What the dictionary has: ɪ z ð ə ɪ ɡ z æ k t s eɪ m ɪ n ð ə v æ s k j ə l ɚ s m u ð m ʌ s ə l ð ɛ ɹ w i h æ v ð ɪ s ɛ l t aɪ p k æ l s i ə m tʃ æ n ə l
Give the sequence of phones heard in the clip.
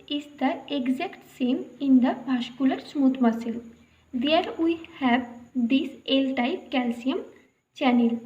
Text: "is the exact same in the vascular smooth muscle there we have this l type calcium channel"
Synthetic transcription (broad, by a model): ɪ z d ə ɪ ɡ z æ k t s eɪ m ɪ n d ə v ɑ ʃ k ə l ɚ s m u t m ʌ s ə l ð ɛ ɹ w i h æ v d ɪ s ɛ l t aɪ p k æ l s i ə m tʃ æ n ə l